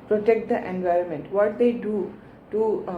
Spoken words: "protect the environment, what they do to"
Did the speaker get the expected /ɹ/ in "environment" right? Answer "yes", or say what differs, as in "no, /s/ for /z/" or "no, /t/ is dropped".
yes